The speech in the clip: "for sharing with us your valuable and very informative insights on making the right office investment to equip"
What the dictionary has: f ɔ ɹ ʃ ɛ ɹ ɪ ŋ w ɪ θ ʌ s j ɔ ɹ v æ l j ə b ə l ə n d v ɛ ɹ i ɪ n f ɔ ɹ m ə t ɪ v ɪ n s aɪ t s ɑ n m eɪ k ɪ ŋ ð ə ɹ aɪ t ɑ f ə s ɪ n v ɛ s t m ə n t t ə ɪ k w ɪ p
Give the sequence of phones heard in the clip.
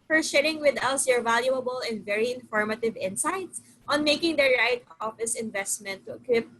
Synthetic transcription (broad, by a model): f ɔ ɹ ʃ ɛ ɹ ɪ ŋ w ɪ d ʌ s j ɔ ɹ v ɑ l j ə b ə l ə n d v ɛ ɹ i ɪ n f ɔ ɹ m ə t ɪ v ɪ n s aɪ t s ɑ n m eɪ k ɪ ŋ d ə ɹ aɪ t ɑ f ə s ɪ n v ɛ s t m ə n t t ə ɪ k w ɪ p